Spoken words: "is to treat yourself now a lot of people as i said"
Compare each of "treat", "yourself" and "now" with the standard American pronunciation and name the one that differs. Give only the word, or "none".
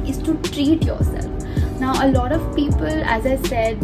none